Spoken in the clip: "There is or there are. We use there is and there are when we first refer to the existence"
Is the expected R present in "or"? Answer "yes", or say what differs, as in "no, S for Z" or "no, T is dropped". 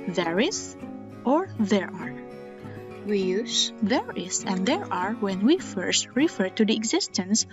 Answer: yes